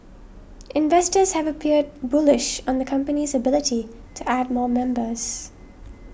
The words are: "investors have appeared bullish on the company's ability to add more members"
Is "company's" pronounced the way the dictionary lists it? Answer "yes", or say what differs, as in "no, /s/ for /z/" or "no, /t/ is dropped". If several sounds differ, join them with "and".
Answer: yes